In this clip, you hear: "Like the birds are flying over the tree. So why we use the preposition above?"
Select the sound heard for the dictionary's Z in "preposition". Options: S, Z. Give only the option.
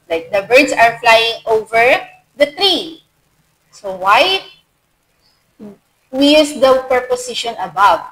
S